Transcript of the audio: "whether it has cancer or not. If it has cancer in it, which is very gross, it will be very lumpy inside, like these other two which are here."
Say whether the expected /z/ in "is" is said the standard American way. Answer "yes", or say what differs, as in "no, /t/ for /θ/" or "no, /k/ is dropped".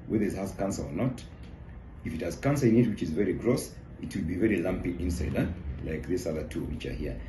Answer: yes